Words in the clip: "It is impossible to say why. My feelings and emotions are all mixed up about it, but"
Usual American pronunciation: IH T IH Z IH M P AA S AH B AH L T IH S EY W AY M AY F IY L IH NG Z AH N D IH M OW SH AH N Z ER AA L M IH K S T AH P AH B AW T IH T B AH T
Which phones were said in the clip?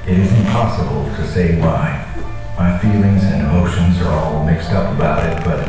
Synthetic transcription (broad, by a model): IH T IH Z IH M P AA S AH B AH L T IH S EY W AY M AY F IY L IH NG Z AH N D IH M OW SH AH N Z ER AA L M IH K S T AH P AH B AW T IH T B AH T